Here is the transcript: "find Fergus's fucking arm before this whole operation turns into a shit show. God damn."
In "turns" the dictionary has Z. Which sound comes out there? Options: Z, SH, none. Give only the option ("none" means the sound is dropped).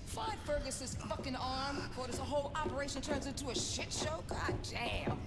Z